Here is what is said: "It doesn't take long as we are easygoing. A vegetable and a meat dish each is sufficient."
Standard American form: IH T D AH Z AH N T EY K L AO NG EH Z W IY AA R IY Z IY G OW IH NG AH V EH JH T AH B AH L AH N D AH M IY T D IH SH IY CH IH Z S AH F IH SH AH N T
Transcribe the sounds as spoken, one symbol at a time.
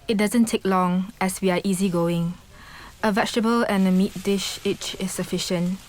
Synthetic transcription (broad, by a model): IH T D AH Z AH N T EY K L AO NG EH S W IY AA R IY Z IY G OW IH NG AH V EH CH T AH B AH L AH N AH M IY T D IH SH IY CH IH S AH F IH SH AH N T